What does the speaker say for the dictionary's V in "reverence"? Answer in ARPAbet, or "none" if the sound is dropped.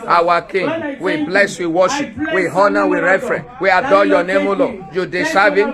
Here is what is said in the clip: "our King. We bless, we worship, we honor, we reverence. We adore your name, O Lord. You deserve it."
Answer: F